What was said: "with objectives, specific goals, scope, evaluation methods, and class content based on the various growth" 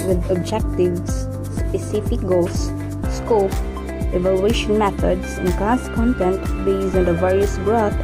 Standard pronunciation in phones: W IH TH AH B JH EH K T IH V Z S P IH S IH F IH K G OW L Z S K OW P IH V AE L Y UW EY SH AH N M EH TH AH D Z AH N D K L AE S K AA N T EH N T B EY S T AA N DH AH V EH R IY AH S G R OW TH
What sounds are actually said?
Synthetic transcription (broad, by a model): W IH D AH B JH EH K T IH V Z S P IH S IH F IH K G OW L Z S K OW P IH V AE L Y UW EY SH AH N M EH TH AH D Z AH N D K AE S K AA N T EH N T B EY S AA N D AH V EH R IY AH S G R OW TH